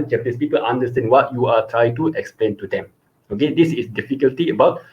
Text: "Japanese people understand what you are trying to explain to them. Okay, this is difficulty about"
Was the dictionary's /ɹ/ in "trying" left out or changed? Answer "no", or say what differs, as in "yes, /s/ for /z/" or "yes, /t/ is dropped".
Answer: no